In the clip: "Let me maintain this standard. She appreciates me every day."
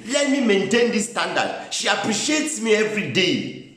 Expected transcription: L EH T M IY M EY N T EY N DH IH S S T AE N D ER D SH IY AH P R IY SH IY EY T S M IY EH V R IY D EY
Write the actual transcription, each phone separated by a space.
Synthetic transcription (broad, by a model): L EH T M IY M EY N T EY N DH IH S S T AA N D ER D SH IY AH P R IY SH IY EY T S M IY EH V R IY D EY